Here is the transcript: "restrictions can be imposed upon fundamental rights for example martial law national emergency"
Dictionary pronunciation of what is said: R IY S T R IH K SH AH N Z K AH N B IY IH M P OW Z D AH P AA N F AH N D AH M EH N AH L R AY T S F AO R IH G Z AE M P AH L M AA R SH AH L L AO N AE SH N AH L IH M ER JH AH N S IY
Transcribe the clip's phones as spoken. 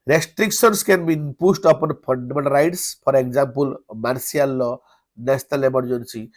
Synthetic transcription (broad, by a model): R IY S T R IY K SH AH N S K AH N B IY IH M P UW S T AH P AA N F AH N D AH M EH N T R AY T S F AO R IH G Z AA M P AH L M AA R S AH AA L AO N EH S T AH L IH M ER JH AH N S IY